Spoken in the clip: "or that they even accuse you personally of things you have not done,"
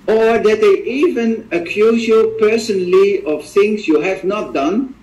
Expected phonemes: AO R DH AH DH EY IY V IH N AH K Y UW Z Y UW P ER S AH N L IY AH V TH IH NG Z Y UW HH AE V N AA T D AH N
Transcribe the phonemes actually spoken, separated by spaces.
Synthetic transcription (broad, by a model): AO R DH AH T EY IY V IH N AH K Y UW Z Y UW P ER S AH N L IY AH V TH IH NG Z Y UW HH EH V N AA T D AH N